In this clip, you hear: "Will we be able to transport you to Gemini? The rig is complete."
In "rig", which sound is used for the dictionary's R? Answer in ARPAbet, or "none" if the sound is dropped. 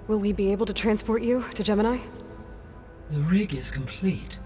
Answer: R